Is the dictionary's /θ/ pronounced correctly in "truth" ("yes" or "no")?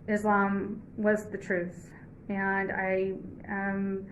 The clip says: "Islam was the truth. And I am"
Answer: yes